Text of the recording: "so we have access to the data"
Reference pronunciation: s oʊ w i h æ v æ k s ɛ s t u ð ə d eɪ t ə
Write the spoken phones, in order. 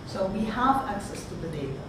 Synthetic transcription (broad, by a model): s oʊ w i h æ v æ k s ɛ s t u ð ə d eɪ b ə